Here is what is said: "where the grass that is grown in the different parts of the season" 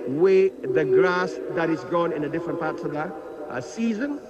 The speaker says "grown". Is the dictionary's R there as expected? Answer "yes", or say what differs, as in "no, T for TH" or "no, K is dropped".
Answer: no, R is dropped